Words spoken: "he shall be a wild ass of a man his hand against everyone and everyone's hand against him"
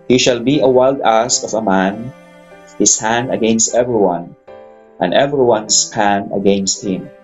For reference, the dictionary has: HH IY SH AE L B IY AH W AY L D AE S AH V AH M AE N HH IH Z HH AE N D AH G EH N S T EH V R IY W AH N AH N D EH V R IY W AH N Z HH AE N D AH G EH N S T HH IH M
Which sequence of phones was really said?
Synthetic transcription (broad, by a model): HH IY SH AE L B IY AH W AY L D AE S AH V AH M AE N HH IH S HH AE N D AH G EH N S T EH V R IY W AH N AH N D EH V R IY W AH N S HH AE N D AH G EH N S T HH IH M